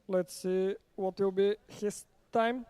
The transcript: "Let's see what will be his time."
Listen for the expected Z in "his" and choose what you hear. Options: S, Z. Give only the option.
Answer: S